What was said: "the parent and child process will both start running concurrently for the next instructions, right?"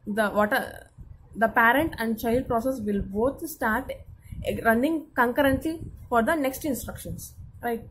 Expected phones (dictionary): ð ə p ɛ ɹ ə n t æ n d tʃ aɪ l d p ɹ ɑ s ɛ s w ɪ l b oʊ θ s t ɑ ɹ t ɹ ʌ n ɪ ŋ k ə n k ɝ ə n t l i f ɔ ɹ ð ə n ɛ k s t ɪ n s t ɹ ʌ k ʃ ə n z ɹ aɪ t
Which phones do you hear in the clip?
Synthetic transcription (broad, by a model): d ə p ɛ ɹ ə n t æ n d tʃ aɪ l d p ɹ ɑ s ɛ s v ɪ l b oʊ t s t ɑ ɹ t ɹ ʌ n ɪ ŋ k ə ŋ k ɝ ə n t l i f ɔ ɹ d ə n ɛ k s t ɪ n s t ɹ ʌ k ʃ ə n s ɹ aɪ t